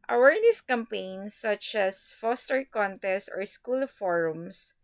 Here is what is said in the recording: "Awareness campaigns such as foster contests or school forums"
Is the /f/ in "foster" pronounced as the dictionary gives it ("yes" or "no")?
yes